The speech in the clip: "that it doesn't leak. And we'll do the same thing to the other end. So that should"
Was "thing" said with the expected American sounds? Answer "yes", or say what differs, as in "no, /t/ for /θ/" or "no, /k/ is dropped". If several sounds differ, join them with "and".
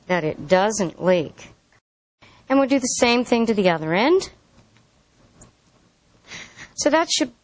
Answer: yes